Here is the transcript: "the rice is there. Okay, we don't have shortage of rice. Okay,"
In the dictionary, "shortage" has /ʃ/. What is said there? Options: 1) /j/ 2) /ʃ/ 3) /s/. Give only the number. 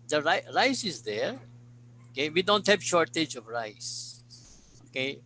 2